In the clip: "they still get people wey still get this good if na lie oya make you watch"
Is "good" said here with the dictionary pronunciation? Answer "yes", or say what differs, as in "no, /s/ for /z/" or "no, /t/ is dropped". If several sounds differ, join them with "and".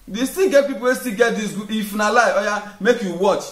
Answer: no, /d/ is dropped